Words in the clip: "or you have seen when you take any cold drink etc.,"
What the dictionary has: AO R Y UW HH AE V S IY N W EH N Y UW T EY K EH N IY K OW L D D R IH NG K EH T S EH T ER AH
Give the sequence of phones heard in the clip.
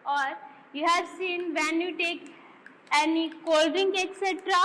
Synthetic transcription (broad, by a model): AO R Y UW HH AE V S IY N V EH N Y UW T EY K EH N IY K OW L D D IH NG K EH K S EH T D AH